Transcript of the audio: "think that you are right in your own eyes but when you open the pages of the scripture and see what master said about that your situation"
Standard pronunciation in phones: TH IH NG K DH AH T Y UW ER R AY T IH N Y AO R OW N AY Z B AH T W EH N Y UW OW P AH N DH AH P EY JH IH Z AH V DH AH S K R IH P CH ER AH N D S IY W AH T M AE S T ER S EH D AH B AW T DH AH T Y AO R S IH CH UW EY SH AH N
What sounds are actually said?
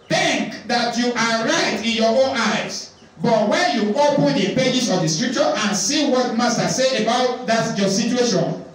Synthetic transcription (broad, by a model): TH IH NG K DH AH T Y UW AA R AY T IH N Y AO OW N AY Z B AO T W EH N Y UW OW P AH N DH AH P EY JH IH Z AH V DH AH S K R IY P CH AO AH N S IY W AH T M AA S T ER S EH AH B AW T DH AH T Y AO S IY CH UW EY SH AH N